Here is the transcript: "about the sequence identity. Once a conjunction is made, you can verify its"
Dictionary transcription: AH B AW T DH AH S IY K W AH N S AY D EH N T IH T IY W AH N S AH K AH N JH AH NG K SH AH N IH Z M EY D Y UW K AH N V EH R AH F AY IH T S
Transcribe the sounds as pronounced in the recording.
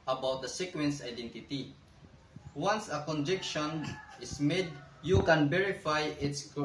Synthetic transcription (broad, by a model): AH B AW T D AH S IY K W AH N S AY D EH N T IH T IY W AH N S AH K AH N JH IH K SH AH N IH S M EY D Y UW K AH N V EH R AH F AY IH T S